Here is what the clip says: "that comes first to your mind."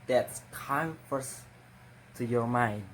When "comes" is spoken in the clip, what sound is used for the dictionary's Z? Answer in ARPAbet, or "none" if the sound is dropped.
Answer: none